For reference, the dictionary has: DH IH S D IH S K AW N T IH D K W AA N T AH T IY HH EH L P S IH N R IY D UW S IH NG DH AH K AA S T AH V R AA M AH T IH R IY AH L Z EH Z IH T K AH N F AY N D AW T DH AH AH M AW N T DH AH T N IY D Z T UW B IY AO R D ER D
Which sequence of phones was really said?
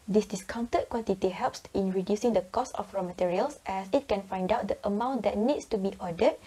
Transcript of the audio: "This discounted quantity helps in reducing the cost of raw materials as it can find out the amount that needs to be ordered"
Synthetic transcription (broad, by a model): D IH S D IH S K AW N T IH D K W AA N T AH T IY HH EH L P S IH N R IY D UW S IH NG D AH K AA S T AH F R AA M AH T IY R IY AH L S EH S IH T K AH N F AY N D AW T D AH AH M AW N T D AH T N IY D S T UW B IY AO D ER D